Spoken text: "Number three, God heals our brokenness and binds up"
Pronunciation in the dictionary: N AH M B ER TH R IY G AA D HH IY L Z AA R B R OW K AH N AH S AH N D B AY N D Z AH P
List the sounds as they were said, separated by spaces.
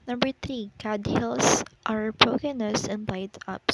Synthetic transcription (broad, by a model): N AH M B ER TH R IY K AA D HH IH L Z AA R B R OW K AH N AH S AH N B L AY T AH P